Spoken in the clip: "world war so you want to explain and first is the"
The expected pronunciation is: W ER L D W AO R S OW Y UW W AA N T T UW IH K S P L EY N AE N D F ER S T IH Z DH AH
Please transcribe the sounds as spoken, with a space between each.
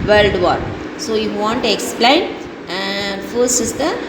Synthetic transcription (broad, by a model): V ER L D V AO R S OW Y UW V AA N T T UW IH K S P L EY N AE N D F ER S IH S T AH